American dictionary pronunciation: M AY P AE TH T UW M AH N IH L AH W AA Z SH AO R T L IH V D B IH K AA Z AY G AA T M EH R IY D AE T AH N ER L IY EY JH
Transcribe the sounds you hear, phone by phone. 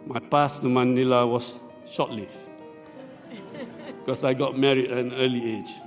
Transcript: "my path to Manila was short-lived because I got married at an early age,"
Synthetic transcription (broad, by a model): M AY P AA S T UW M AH N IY L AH W AA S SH AO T L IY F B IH K AA S AY G AA T M EH R IY D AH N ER L IY EY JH